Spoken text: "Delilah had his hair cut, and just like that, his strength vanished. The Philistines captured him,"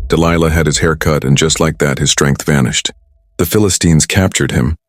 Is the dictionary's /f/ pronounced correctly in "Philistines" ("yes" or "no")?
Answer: yes